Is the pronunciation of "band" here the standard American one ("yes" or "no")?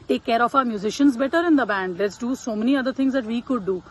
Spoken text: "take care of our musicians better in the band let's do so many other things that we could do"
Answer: yes